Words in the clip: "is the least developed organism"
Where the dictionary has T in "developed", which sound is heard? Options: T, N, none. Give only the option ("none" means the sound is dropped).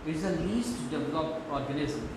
none